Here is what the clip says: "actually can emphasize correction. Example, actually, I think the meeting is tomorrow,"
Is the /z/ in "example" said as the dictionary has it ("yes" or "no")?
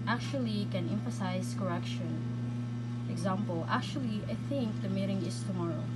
yes